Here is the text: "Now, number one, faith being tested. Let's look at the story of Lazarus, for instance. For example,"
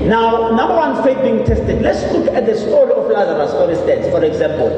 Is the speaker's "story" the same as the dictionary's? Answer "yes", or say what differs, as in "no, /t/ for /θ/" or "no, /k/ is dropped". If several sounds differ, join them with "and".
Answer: no, /l/ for /ɹ/